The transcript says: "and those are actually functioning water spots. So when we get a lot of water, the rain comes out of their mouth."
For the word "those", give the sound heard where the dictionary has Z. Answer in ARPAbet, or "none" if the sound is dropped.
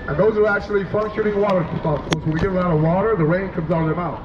Z